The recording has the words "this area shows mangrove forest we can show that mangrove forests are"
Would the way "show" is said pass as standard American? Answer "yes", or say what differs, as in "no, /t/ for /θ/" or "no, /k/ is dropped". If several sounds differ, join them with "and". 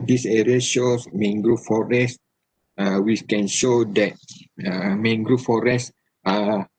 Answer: yes